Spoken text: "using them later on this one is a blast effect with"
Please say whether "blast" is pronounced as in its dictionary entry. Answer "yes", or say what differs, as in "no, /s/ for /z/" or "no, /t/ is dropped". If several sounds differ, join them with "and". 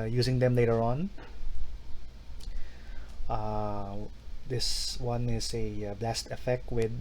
yes